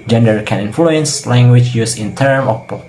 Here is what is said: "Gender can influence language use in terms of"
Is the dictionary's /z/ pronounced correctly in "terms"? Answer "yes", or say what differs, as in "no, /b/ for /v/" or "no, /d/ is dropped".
no, /z/ is dropped